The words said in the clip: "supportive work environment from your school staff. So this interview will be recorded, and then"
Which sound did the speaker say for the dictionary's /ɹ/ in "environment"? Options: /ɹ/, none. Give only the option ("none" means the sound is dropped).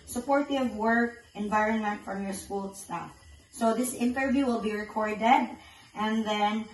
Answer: /ɹ/